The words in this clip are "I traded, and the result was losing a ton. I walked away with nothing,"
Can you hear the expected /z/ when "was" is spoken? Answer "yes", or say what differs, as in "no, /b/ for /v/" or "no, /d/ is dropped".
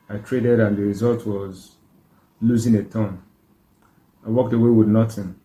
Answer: yes